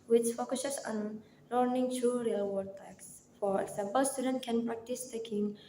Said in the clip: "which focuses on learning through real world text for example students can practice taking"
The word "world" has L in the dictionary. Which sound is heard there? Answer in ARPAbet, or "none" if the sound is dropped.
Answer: none